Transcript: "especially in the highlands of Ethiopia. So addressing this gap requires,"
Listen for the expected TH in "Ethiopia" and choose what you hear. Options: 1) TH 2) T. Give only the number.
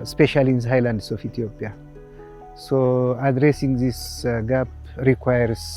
2